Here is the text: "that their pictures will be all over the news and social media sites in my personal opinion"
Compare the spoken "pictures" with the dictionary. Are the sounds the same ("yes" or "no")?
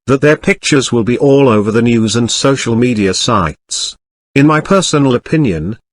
yes